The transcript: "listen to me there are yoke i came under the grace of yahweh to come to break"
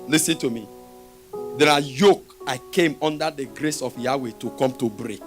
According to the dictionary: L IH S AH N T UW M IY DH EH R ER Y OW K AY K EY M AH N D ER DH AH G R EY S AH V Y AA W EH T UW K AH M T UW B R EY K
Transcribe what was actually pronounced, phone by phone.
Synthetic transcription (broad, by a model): L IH S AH N T UW M IY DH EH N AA Y OW K AY K EY M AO N D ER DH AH G R EY S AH F Y AA W EH T UW K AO M T UW B R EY K